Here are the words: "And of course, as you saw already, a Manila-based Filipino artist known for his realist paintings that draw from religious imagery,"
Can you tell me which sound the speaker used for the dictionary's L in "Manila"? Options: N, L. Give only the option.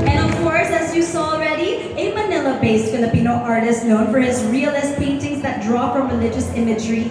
L